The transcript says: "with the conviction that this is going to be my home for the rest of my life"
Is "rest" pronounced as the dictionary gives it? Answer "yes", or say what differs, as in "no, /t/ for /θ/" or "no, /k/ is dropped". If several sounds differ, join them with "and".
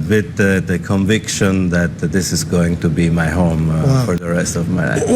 yes